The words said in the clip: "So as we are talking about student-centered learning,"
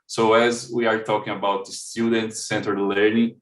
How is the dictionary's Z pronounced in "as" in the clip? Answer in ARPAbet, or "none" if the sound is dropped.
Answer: Z